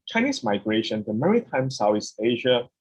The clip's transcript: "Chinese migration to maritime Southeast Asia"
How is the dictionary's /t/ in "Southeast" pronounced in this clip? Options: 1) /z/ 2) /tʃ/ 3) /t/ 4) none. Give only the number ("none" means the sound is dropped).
4